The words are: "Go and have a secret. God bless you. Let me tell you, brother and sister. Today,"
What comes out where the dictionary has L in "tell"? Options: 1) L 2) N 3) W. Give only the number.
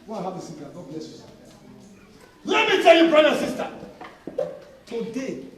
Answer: 1